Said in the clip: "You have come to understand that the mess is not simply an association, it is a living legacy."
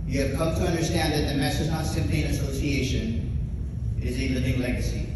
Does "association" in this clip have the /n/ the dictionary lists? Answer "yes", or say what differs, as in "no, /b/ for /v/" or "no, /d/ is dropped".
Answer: yes